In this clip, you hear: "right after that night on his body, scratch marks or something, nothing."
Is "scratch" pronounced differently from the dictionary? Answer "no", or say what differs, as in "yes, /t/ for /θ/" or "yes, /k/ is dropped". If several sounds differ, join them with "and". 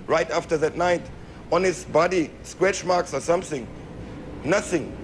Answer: yes, /w/ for /ɹ/